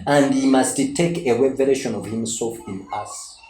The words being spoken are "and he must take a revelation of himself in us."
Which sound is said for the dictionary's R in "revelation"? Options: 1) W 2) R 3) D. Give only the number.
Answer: 1